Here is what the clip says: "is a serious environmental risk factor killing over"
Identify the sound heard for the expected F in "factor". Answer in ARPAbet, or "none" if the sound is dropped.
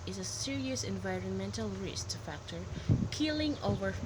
F